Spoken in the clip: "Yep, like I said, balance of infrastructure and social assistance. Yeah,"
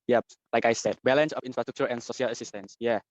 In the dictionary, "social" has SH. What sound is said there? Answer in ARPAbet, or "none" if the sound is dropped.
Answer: none